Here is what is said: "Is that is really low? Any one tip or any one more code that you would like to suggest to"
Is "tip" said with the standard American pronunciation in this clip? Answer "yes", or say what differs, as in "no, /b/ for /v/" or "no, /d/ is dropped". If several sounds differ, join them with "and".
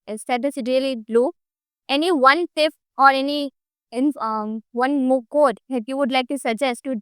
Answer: no, /f/ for /p/